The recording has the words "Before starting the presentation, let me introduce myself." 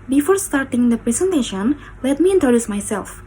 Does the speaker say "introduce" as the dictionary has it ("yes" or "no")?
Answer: no